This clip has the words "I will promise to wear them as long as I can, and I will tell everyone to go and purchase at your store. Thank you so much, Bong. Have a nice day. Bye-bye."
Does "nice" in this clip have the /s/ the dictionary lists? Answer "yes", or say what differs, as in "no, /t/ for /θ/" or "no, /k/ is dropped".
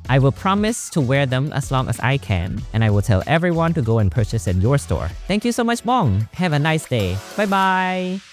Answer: yes